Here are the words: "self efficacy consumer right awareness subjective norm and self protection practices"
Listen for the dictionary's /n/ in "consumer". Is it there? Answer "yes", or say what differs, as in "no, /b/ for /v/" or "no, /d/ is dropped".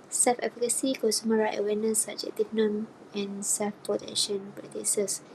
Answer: no, /n/ is dropped